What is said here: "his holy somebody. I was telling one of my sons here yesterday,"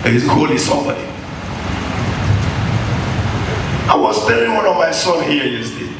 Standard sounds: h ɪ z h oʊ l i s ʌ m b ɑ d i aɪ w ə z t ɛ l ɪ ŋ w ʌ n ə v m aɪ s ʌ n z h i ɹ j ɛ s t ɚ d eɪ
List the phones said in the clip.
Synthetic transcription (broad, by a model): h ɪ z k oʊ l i s ʌ m b ɑ d i aɪ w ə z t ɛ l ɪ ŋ w ʌ n ə v m aɪ s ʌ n h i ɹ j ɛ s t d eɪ